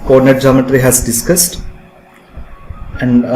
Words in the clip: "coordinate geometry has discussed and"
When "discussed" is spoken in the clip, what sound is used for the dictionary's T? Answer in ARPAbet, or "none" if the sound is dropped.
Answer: T